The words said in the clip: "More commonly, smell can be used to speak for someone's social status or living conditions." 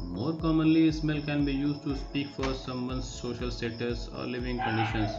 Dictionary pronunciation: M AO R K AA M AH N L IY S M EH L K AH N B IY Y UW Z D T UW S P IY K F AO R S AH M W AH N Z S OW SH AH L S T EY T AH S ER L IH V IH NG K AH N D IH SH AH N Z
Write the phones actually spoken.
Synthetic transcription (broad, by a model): M AO R K AA M AH N L IY S M EH L K AH N B IY Y UW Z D T UW S P IY K F AO R S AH M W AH N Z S OW SH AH L S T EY T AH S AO L IH V IH NG K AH N D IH SH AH N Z